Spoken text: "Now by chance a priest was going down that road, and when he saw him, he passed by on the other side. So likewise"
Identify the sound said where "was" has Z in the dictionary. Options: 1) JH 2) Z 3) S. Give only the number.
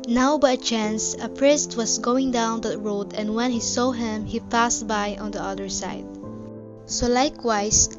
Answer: 3